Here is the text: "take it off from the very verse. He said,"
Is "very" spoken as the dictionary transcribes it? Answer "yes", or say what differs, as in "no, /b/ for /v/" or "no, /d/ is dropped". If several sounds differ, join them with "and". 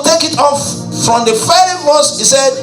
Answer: no, /f/ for /v/